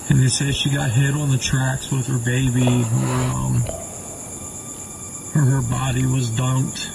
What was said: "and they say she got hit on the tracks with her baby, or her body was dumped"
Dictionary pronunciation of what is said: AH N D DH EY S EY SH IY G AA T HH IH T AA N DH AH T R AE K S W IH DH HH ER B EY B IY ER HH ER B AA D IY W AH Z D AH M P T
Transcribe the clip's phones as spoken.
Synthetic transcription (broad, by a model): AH N DH EY S EY SH IY G AA T HH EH T N DH AH T R AE K S W IH DH ER B EY B IY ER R ER B AA D IY W AH Z D AH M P T